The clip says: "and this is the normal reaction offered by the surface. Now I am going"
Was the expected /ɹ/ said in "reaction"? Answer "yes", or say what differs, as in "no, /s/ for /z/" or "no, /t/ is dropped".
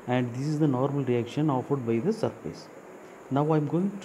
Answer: yes